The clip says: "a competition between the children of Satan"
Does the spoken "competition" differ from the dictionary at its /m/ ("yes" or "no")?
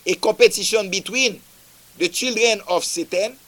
yes